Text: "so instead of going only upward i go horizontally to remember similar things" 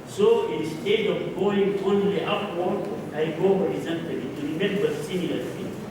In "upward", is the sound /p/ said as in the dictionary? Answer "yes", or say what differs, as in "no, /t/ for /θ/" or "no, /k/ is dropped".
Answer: no, /f/ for /p/